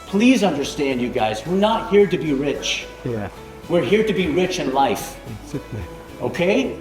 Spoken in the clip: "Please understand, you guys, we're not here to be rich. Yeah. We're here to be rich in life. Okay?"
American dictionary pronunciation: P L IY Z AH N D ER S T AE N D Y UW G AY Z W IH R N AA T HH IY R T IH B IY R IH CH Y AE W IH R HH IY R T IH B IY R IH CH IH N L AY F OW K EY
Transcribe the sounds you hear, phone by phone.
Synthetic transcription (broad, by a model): P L IY Z AH N D ER S T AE N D Y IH G AY Z W IH R N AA T HH IY R T IH B IY R IH CH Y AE W IH R HH IY R T IH B IY R IH CH IH N L AY F OW K EY